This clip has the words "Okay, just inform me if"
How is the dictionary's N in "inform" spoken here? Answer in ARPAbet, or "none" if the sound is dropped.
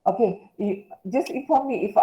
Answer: none